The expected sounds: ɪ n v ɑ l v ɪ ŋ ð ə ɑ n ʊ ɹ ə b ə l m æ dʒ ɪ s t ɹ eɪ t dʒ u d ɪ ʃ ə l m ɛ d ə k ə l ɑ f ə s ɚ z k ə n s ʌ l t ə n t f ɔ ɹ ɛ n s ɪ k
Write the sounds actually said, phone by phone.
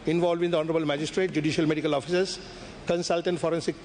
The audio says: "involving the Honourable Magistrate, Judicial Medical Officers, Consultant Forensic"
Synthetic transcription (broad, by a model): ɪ n v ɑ l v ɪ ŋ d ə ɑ n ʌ ɹ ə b ə l m æ dʒ ɪ s t ɹ eɪ t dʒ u d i ʃ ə l m ɛ d ə k ə l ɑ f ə s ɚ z k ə n s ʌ l t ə n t f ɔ ɹ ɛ n s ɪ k